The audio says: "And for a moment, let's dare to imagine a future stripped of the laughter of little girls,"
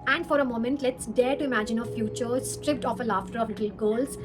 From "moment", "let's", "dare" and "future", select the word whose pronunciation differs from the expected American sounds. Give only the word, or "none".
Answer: none